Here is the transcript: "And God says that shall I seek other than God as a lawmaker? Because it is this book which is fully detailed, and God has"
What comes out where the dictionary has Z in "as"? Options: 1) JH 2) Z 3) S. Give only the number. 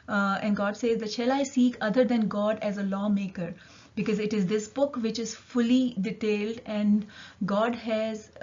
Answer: 2